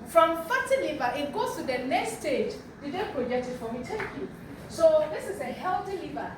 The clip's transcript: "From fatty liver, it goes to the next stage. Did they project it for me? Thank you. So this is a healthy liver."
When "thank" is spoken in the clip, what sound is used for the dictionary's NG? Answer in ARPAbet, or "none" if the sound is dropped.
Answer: none